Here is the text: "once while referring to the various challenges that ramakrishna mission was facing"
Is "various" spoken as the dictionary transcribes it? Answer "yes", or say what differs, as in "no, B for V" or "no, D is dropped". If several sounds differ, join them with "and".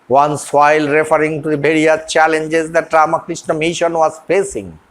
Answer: no, B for V and S is dropped